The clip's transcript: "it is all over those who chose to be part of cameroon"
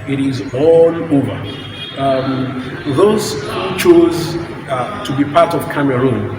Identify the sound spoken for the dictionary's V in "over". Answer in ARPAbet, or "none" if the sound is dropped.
V